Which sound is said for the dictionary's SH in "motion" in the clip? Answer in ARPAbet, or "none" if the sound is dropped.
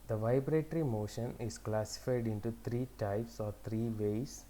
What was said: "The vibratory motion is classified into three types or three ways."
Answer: SH